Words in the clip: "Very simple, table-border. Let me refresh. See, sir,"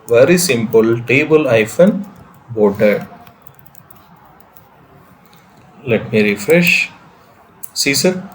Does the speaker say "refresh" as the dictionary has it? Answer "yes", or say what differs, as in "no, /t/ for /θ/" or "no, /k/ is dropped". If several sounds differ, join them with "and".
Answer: yes